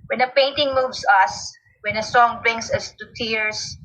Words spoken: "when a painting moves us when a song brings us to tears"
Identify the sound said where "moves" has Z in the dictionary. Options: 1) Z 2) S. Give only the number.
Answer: 2